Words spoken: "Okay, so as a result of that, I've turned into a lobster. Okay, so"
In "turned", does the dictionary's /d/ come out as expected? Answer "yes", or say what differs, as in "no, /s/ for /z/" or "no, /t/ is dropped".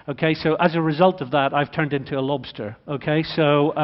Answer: yes